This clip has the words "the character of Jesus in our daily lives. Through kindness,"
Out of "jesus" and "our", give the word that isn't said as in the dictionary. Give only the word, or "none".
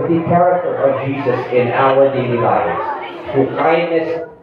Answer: our